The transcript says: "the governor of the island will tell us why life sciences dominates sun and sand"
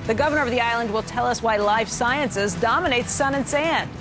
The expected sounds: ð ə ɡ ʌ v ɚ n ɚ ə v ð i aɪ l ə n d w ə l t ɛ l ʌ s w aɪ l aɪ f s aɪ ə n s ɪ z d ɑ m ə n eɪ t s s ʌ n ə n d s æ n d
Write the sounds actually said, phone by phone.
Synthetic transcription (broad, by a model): ð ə ɡ ʌ v ɚ n ɚ ə v ð i aɪ l ə n d w ə l t ɛ l ʌ s w aɪ l aɪ f s aɪ ə n s ɪ z d ɑ m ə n eɪ t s s ʌ n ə n s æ n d